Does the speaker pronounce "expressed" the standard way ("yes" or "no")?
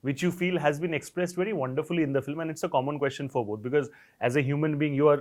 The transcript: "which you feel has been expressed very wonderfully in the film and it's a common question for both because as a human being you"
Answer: yes